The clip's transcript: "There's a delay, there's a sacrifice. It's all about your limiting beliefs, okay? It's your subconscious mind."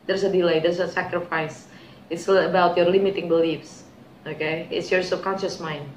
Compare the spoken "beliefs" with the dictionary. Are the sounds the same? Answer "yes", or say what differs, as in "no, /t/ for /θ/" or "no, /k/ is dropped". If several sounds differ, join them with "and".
yes